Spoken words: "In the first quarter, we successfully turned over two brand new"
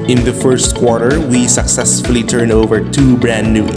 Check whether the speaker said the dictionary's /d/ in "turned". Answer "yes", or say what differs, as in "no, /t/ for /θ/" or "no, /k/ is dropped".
no, /d/ is dropped